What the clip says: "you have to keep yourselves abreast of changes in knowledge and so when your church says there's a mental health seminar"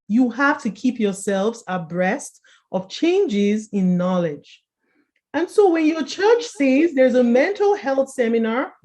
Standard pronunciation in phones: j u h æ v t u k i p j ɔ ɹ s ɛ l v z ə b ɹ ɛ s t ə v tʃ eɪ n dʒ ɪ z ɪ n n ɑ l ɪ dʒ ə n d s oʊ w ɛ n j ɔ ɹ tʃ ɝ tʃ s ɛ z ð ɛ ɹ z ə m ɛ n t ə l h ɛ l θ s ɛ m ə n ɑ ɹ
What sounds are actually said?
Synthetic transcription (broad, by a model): j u h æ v t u k i p j ɔ ɹ s ɛ l v z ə b ɹ ɛ s t ə v tʃ eɪ n dʒ ɪ z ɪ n n ɑ l ɪ dʒ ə n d s oʊ w ɛ n j ɔ ɹ tʃ ɝ tʃ s ɛ z ð ɛ ɹ z ə m ɛ n t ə l h ɛ l θ s ɛ m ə n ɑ ɹ